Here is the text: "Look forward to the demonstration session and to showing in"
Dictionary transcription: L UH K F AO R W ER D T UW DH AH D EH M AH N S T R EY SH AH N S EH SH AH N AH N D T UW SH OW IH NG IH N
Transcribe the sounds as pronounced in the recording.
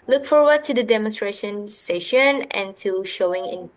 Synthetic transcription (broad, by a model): L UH K F AO R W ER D T UW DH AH D EH M AH N S T R EY SH AH N S EH SH AH N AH N T UW SH OW IH NG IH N